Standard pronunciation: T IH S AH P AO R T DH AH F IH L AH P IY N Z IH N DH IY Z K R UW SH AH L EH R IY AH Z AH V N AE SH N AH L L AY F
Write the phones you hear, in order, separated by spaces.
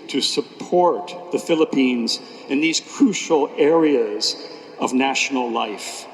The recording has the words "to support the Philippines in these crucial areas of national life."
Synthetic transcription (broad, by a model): T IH S AH P AO R T DH AH F IH L AH P IY N Z IH N DH IY Z K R UW SH L EH R IY AH Z AH V N AE SH N L L AY F